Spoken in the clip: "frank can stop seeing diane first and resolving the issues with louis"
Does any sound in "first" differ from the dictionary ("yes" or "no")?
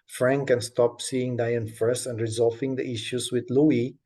yes